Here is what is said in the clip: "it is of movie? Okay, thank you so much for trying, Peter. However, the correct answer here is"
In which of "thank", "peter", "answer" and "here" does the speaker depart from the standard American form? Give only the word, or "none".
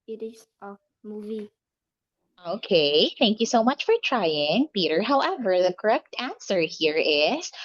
none